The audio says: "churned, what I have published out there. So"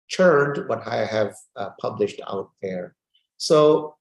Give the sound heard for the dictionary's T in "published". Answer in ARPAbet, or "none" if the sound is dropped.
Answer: T